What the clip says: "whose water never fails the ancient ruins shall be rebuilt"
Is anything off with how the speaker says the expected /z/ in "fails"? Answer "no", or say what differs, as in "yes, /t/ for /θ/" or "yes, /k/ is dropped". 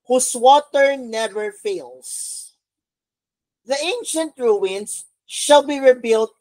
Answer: yes, /s/ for /z/